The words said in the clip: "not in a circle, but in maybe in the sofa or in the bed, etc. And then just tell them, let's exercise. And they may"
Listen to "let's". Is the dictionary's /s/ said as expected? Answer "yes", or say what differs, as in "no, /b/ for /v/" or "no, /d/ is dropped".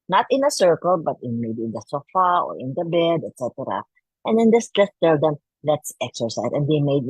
yes